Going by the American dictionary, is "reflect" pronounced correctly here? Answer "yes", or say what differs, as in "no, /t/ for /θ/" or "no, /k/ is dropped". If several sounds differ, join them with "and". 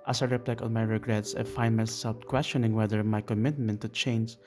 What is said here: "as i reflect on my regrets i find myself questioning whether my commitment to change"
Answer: no, /p/ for /f/ and /t/ is dropped